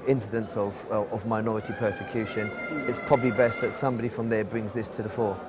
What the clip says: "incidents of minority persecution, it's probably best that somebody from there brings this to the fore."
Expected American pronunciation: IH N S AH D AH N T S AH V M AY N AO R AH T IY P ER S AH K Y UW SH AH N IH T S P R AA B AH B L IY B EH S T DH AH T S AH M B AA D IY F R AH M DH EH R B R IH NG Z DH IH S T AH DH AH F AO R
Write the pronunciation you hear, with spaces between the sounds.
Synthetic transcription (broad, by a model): IH N S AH D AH N T S AH V M AY N AO R AH T IY P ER S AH K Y UW SH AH N IH T S P R AA B AH B L IY B EH S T DH AH T S AH M B AA D IY F R AH M DH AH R B R IH NG Z DH IH S T AH DH AH F AO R